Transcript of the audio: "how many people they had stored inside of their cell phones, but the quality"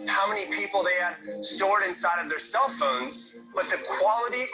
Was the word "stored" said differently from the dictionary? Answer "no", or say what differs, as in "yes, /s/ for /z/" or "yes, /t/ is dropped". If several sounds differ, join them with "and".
no